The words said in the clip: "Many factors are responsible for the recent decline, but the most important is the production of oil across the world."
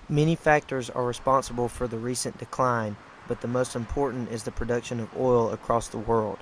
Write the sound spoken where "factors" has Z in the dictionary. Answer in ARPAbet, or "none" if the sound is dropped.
Z